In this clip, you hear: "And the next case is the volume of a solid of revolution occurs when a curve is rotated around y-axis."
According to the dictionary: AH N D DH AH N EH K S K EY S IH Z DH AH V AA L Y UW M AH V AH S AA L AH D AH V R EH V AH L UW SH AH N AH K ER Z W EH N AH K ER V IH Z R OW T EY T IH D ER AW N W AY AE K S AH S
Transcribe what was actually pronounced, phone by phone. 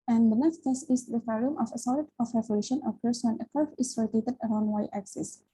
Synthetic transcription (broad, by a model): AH N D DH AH N EH K S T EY S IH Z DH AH F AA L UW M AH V AH S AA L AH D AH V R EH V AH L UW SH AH N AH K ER S W EH N AH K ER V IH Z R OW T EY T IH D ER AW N W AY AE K S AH S